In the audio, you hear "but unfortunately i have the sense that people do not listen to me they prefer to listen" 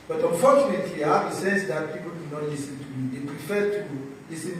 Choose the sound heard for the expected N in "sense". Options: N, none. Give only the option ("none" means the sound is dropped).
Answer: none